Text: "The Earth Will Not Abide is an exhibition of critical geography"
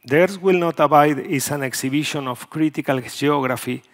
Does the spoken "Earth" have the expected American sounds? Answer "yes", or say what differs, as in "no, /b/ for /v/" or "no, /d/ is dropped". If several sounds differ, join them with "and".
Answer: no, /s/ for /θ/